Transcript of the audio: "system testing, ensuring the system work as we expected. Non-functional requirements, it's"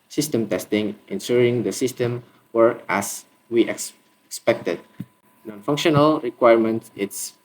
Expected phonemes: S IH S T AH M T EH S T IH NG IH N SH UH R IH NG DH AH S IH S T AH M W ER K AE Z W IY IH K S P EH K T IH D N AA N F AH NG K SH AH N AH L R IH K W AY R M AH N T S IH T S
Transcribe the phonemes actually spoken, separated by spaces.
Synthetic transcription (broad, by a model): S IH S T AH M T EH S T IH NG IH N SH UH R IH NG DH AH S IH S T AH M W ER K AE S W IY IH K S P EH K T IH D N AA N F AH NG K SH AH N AH L R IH K W AY R M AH N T IH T S